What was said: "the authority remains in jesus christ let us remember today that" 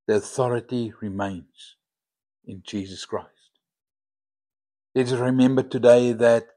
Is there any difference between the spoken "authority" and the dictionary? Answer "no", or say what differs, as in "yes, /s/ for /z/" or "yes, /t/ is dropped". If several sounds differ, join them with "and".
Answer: no